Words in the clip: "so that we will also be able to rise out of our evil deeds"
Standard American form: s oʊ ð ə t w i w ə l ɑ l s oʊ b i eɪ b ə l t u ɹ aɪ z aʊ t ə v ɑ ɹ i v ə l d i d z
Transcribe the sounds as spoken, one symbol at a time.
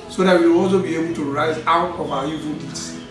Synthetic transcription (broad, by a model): s oʊ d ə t w i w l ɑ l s oʊ b i eɪ b ə l t u ɹ aɪ z aʊ t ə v ɑ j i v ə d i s